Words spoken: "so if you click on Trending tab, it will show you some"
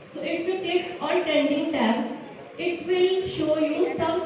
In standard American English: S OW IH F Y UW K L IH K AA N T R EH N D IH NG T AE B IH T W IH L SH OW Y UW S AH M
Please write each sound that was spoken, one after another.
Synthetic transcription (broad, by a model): S OW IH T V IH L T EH K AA L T R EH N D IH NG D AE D IH T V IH L SH OW Y UW S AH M